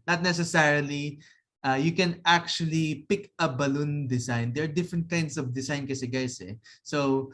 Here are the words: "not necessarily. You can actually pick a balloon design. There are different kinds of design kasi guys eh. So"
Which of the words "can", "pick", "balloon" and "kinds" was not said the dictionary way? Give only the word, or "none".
kinds